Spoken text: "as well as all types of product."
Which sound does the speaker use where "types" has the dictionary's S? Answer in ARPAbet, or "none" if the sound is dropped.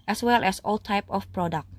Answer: none